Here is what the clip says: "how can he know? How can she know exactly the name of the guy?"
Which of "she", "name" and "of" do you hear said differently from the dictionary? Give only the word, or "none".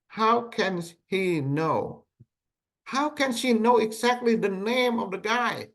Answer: none